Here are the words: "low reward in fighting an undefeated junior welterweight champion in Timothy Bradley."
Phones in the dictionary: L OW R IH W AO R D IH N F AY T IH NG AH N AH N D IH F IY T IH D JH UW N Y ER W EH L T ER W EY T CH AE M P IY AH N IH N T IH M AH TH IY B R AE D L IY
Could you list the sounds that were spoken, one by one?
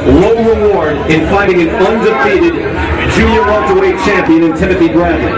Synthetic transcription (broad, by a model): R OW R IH W AO R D IH N F AY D IH NG AH N AH N D IH F IY T IH D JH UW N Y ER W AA N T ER W EY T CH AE M P IY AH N IH N T IH M AH TH IY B R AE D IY